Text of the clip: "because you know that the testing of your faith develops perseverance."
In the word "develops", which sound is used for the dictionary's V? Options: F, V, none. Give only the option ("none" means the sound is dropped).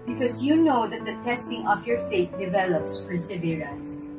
V